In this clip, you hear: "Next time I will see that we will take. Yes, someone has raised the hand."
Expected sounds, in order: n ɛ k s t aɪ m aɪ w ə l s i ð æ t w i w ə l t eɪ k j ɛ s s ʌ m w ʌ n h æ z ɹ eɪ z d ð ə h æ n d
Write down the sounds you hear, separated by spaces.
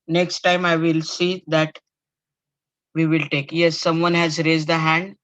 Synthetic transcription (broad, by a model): n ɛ k s t aɪ m aɪ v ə l s i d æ t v i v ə l t eɪ k j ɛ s s ʌ m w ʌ n h æ z ɹ eɪ z d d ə h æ n d